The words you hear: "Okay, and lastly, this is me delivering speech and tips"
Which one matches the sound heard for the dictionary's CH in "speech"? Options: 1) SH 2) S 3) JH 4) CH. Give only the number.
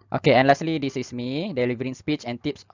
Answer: 4